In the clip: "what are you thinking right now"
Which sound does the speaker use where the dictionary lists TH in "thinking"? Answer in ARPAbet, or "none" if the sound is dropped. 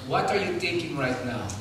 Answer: T